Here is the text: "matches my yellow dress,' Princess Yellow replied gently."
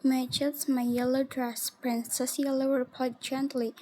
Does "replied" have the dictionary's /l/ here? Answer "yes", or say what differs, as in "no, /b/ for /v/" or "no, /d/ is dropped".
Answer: no, /l/ is dropped